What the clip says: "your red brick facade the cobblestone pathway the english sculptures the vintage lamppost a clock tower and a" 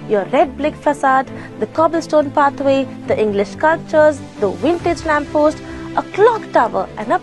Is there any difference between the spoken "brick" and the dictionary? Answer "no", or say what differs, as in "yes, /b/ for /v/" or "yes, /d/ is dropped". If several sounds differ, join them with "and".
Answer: yes, /l/ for /ɹ/